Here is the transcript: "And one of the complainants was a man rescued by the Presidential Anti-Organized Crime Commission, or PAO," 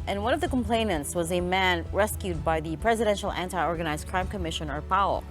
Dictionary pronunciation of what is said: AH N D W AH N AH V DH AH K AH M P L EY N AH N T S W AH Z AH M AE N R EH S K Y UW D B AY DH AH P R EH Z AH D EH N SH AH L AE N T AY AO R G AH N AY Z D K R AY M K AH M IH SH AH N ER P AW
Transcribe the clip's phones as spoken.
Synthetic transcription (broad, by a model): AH N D W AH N AH V DH AH K AH M P L EY N AH N T S W AH Z AH M AE N R EH S K Y UW D B AY DH AH P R EH Z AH D EH N SH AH L AE N T AY AO R G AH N AY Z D K R AY M K AH M IH SH AH N ER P AW